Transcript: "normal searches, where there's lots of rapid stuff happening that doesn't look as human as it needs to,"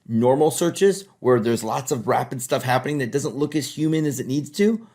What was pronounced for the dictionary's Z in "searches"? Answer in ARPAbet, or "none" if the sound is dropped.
Z